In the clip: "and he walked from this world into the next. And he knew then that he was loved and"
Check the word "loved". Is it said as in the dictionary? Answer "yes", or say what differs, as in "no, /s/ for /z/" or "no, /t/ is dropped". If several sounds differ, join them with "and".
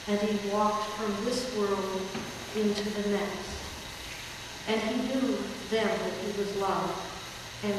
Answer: no, /d/ is dropped